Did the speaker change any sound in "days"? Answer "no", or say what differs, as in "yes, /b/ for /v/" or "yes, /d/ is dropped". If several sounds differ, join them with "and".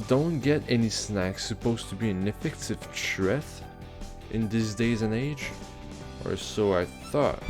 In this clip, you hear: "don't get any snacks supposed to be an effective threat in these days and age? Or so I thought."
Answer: no